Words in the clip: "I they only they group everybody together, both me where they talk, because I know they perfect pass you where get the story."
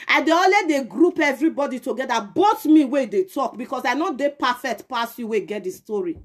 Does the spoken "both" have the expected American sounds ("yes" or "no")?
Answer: no